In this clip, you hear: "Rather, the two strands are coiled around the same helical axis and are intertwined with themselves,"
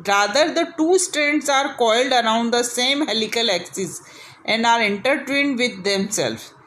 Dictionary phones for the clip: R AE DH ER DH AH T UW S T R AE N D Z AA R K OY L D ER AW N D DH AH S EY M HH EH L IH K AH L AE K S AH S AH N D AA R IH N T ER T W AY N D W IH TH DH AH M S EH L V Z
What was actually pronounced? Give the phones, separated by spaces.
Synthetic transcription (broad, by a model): R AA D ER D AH T UW S T R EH N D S AA R K OY L D ER AW N D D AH S EY M HH EH L IH K AH L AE K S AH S AH N D AA R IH N T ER T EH N D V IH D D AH M S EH L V